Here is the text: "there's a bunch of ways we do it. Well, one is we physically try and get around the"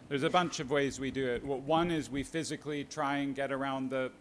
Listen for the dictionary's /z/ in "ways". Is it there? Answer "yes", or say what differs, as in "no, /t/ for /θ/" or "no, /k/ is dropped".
yes